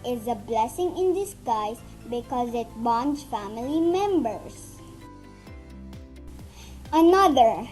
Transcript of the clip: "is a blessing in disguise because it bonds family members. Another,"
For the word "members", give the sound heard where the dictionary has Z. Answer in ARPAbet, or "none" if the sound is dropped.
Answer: S